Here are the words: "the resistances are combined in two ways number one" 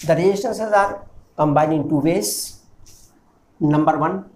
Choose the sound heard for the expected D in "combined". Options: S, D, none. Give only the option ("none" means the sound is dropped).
none